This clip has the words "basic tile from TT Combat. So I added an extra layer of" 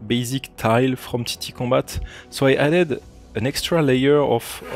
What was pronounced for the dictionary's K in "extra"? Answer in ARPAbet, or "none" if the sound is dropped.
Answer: K